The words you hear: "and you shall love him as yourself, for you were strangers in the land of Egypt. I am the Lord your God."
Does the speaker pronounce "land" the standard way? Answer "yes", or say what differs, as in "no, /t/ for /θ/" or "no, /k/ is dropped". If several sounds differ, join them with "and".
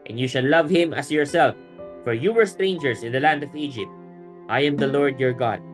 yes